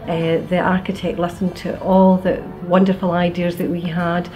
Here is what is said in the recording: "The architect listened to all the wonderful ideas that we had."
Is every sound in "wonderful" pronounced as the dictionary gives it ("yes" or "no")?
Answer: yes